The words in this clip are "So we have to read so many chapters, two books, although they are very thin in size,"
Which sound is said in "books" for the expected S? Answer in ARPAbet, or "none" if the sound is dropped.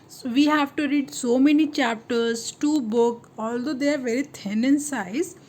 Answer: none